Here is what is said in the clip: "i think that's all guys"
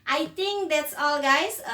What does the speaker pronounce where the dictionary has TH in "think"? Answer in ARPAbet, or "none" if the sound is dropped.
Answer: T